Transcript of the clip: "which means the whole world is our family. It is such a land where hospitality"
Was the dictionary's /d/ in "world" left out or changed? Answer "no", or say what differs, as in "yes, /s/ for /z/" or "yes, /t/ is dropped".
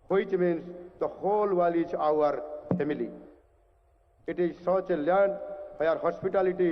yes, /d/ is dropped